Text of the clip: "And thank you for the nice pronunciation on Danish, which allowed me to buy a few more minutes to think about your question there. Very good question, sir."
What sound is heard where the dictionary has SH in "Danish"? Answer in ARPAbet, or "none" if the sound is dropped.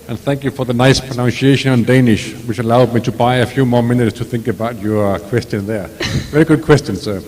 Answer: SH